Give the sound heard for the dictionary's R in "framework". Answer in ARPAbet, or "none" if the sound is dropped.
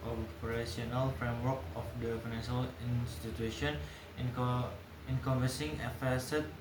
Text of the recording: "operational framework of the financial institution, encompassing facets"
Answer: R